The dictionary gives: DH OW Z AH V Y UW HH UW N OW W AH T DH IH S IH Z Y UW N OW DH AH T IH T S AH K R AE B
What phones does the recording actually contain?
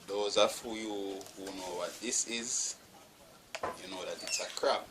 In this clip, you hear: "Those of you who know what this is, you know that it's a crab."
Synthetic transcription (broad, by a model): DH OW Z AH F Y UW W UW N OW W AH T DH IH S IH Z Y UW N OW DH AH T IH T S AH K R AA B